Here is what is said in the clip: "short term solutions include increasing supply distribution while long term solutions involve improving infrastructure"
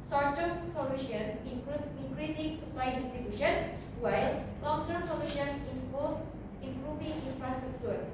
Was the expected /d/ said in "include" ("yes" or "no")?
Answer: no